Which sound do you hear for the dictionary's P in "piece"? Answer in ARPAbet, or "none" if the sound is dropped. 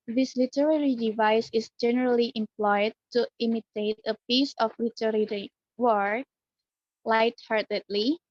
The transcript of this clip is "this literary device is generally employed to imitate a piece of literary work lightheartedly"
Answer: P